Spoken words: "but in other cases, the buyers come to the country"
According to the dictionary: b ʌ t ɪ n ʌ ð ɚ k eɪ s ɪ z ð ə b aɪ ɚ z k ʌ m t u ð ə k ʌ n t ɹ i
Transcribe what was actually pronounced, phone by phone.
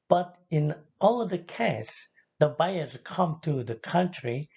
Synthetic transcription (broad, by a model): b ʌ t ɪ n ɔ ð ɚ k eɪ ɪ s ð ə b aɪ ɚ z k ʌ m t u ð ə k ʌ n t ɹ i